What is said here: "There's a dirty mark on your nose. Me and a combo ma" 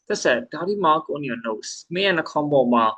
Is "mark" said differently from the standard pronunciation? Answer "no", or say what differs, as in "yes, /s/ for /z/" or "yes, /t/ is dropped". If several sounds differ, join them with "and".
yes, /l/ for /ɹ/